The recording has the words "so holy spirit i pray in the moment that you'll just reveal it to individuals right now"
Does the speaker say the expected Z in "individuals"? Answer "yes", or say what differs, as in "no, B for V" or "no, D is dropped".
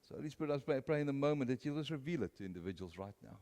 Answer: yes